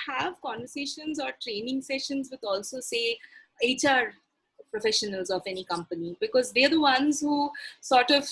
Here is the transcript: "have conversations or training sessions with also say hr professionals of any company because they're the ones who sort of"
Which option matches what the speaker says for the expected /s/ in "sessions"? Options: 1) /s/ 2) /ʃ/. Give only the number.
1